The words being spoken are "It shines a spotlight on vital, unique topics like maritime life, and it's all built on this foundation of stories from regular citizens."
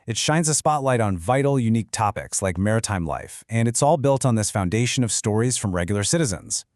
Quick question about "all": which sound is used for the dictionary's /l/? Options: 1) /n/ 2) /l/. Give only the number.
2